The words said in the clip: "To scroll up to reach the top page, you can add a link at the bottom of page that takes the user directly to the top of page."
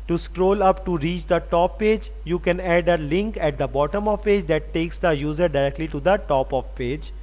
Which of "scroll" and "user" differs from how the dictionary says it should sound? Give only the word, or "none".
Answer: none